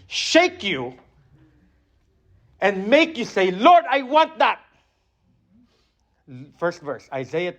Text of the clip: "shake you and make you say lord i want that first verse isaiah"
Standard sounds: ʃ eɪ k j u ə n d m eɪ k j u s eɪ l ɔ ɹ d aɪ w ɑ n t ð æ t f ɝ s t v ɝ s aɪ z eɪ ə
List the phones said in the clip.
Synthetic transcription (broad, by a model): ʃ eɪ k j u ə n d m eɪ k j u s eɪ l ɔ ɹ d aɪ w ɑ n t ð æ t f ɝ s t v ɝ s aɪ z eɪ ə